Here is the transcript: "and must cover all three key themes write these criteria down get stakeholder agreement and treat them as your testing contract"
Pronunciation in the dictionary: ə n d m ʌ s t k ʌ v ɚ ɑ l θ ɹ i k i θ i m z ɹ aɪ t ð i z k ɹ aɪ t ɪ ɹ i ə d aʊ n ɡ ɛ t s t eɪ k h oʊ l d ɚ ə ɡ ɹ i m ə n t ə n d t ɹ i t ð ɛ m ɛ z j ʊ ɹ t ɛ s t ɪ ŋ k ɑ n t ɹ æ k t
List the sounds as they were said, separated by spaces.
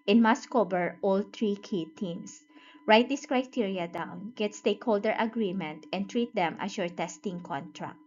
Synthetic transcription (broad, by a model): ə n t m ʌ s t k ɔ b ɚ ɑ l t ɹ i k i t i m s ɹ aɪ t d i s k ɹ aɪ t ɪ ɹ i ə d aʊ n ɡ ɛ t s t eɪ k h oʊ l d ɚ ə ɡ ɹ i m ə n t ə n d t ɹ i t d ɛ m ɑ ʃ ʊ ɹ t ɛ s t ɪ ŋ k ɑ n t ɹ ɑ k t